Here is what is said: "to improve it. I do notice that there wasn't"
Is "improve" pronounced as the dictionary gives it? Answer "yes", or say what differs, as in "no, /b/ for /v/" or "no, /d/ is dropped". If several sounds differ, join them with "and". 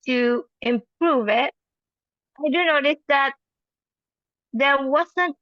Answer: yes